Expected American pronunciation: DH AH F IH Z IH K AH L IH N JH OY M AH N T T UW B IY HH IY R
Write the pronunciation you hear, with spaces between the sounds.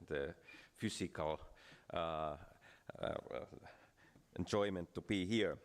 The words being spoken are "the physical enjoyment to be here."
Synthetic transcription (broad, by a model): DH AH F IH S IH K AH L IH N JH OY M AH N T T UW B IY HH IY R